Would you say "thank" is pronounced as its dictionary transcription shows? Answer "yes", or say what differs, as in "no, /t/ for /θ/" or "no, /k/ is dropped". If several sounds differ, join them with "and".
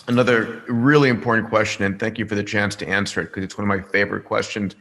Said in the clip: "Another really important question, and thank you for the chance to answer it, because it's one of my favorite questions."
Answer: yes